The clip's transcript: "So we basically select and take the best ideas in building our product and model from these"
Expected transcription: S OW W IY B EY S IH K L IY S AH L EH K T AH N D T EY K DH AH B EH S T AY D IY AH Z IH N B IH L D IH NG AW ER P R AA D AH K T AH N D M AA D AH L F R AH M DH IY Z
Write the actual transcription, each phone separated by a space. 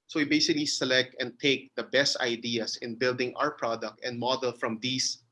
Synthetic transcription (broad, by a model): S OW W IY B EY S IH K L IY S AH L EH K T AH N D T EY K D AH B EH S T AY D IY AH S IH N B IH L D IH NG AW ER P R AA D AH K T AH N D M AA D AH L F R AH M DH IY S